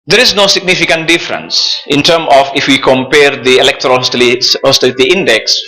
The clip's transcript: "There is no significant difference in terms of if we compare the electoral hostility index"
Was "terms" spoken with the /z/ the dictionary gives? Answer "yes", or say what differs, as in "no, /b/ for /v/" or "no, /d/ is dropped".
no, /z/ is dropped